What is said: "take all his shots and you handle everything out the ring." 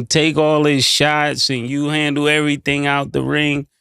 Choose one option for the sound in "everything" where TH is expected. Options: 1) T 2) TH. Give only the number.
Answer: 2